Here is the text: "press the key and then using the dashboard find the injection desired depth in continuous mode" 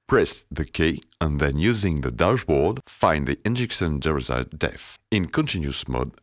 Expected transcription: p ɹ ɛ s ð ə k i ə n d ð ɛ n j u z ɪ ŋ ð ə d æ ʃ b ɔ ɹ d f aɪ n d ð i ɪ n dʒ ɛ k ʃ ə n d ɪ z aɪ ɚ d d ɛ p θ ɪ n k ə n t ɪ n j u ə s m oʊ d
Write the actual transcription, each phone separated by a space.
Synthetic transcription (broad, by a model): p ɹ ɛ s ð ə k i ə n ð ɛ n j u z ɪ ŋ ð ə d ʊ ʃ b ɔ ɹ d f aɪ n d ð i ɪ n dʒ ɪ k s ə n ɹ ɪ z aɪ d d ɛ θ ɪ n k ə n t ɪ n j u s m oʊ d